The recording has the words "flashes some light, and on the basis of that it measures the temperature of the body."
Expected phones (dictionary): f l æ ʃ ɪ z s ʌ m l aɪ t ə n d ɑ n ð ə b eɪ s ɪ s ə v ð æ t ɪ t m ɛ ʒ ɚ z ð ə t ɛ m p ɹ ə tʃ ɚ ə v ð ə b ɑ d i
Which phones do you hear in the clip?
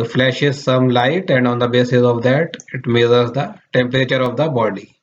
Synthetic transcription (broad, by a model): f l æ ʃ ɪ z s ʌ m l aɪ t ə n d ɑ n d ə b eɪ s ɪ s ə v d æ t ɪ t m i z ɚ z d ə t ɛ m p ɹ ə tʃ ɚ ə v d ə b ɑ d i